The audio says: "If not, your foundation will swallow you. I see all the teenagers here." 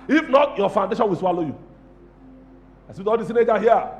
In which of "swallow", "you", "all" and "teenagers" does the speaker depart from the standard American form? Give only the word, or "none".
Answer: teenagers